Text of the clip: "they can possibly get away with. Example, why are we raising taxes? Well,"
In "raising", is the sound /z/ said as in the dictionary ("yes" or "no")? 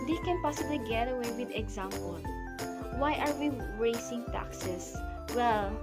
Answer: no